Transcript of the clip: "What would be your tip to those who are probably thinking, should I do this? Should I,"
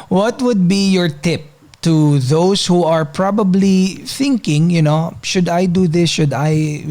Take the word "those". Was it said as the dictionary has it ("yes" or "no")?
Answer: no